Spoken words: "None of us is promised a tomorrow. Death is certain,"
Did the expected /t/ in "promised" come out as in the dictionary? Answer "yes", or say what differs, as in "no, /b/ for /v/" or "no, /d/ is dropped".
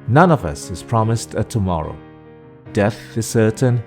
yes